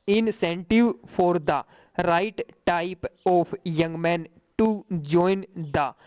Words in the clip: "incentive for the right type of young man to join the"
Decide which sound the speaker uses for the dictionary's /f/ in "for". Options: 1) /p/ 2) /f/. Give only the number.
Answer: 1